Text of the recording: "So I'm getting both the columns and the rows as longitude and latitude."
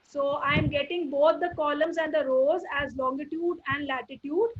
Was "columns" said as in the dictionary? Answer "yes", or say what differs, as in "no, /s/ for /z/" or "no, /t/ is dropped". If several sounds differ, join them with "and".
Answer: yes